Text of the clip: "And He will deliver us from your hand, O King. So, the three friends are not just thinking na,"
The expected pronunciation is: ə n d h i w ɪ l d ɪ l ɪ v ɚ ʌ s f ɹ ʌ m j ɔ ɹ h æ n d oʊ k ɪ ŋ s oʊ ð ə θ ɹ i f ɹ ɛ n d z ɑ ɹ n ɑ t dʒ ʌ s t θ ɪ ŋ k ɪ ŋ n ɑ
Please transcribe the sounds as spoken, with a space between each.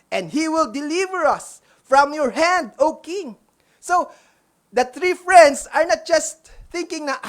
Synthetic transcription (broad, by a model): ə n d h i w ɪ l d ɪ l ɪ v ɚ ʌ s f ɹ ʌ m j ɔ ɹ h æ n d oʊ k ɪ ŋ s oʊ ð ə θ ɹ i f ɹ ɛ n d s ɑ ɹ n ɑ t dʒ ʌ s t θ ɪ ŋ k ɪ ŋ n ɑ